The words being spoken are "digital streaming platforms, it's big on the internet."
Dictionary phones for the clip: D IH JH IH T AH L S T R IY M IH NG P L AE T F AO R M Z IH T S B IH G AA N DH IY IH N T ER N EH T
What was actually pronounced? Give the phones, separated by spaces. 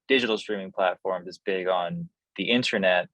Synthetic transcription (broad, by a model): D IH JH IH T L S T R IY M IH NG P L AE T F AO R M IH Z B IH G N DH IY IH N T ER N EH T